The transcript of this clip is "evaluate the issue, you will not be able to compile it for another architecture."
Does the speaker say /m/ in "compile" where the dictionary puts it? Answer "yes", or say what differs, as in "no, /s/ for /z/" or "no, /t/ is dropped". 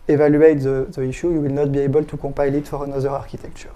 no, /m/ is dropped